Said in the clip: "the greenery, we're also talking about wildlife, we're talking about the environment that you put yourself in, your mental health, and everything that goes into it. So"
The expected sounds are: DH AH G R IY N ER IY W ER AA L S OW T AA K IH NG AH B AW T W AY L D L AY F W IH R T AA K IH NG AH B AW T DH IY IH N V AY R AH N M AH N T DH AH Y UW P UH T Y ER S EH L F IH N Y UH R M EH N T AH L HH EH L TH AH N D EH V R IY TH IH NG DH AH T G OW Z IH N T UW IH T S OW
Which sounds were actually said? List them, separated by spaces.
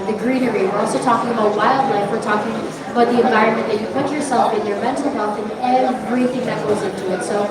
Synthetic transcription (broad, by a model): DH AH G R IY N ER IY W ER AA L S OW T AA K IH NG AH B AW T W AY L D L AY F W IH R T AA K IH NG AH B AW T DH IY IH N V AY R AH N M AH N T DH AH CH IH P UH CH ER S EH L F IH N Y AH R M EH N T L HH EH L TH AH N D EH V R IY TH IH NG DH AH T G OW Z IH N T UW IH T S OW